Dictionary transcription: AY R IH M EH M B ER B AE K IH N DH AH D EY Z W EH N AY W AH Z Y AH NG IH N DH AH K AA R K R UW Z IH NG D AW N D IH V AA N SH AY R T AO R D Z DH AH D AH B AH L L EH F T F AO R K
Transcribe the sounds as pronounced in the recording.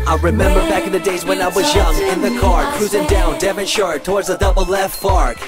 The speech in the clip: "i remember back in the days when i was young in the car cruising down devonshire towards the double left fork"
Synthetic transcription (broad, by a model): AY R IH M EH M B ER B AE K IH N DH AH D EY Z W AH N AY W AH Z Y AH NG IH N DH AH K AA R K R UW Z IH NG D AW N D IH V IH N SH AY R T AO R D Z DH AH D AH B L L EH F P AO R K